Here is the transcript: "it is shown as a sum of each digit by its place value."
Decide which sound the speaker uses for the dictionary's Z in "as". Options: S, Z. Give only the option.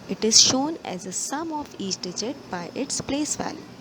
Z